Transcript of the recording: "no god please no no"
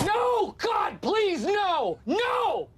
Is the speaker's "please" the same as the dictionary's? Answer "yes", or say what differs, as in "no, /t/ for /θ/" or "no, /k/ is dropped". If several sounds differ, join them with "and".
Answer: yes